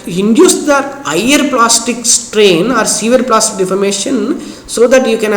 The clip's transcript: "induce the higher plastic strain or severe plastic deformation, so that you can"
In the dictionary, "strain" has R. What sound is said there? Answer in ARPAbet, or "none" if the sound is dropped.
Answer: R